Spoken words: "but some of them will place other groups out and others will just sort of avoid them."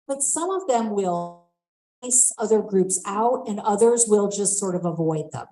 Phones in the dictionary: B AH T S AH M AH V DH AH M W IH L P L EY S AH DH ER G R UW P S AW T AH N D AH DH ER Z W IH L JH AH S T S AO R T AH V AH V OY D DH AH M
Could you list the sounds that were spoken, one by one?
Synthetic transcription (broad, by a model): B AH T S AH M AH V DH AH M W IH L L S AH DH ER G R UW P S AW T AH N AH DH ER Z W IH L JH AH S T S AO R T AH V AH V OY D DH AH M